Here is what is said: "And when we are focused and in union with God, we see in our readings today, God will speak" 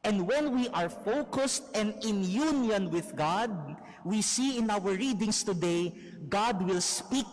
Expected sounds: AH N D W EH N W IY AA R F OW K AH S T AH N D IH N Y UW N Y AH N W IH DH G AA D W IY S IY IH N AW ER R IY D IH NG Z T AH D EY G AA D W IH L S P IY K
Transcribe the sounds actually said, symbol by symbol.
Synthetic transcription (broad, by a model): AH N D W EH N W IY AA R F OW K AH S T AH N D IH N Y UW N Y AH N W IH DH G AA D W IY S IY IH N AW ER R IY D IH NG S T AH D EY G AA D W IH L S P IY K